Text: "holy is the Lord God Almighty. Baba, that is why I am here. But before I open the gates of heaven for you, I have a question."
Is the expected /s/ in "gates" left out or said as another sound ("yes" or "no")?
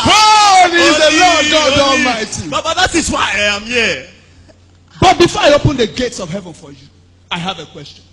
no